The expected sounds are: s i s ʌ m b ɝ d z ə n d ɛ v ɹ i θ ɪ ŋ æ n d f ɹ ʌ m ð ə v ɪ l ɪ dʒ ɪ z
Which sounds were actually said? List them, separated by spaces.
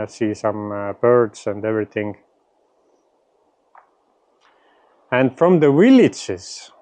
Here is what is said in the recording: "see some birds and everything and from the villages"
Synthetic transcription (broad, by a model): s i s ʌ m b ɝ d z ə n d ɛ v ɹ i θ ɪ ŋ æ n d f ɹ ʌ m ð ə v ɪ l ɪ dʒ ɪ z